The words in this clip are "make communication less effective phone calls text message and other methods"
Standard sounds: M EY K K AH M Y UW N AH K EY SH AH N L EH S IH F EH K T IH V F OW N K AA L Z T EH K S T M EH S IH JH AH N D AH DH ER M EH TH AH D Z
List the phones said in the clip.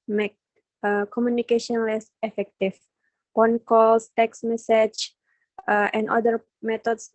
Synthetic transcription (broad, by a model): M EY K K AH M Y UW N AH K EY SH AH N L EH S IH F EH K T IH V P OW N K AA L S T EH K S M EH S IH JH AH N D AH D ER M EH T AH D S